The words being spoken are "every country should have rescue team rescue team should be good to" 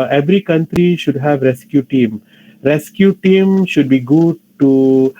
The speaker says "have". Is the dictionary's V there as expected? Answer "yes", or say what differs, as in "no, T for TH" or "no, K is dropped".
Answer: yes